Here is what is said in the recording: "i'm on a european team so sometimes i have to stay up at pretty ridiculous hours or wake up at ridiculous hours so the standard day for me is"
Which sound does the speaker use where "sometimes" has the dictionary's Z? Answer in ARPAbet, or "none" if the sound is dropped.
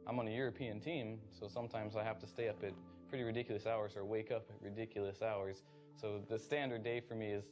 Z